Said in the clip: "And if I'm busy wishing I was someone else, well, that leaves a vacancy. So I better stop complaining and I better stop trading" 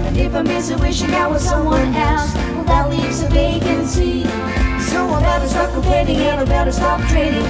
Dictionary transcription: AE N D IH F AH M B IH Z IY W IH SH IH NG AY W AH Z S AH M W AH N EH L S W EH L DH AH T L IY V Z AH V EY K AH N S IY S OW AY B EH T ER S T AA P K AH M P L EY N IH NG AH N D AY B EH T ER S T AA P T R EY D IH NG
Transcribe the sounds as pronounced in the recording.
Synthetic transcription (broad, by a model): IH F AH M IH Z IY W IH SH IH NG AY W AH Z S AH M W AH N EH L S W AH DH AH T L IY V Z AH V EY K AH N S IY S OW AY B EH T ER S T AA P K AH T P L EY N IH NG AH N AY B EH T ER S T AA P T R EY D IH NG